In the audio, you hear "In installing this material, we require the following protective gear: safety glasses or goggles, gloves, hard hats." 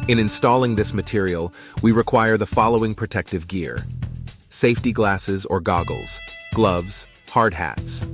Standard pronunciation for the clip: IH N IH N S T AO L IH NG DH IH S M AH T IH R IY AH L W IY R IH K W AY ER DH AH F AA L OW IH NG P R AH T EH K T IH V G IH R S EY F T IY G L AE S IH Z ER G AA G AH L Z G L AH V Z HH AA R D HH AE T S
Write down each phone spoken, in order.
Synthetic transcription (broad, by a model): IH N IH N S T AO L IH NG DH IH S M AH T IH R IY L W IY R IH K W AY ER DH AH F AA L OW IH NG P R AH T EH K T IH V G IH R S EY F T IY G L AE S IH Z ER G AA G L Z G L AH V Z HH AA R D HH AE T S